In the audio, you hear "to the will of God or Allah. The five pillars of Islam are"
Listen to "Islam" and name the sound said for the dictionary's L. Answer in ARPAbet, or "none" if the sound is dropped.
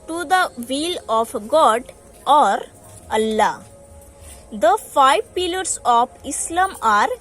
L